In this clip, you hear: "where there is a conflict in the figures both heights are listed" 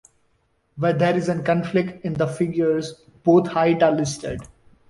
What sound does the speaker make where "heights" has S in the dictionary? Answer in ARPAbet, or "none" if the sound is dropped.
none